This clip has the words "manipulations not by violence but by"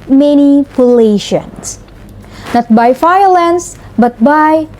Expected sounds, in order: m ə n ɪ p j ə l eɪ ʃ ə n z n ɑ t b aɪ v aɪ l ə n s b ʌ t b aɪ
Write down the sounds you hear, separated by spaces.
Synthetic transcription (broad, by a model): m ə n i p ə l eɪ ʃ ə n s n ɑ t b aɪ f aɪ l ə n s b ʌ t b aɪ